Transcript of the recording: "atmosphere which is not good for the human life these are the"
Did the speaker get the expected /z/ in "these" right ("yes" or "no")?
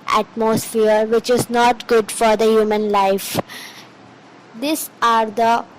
no